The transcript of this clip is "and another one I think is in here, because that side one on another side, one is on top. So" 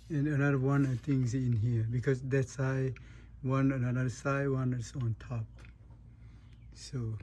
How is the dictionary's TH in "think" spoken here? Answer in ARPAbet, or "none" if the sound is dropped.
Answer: T